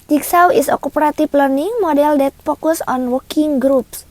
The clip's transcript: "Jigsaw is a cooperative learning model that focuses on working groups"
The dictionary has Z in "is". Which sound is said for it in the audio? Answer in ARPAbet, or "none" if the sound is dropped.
S